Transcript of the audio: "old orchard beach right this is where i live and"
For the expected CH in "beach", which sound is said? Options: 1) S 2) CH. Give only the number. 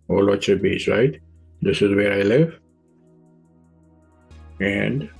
1